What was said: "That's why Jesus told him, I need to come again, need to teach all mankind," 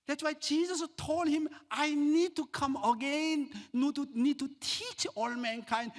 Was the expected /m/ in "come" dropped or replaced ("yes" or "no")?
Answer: no